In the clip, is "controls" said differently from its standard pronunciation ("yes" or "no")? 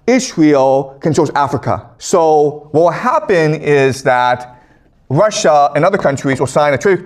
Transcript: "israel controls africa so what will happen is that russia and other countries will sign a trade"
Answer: yes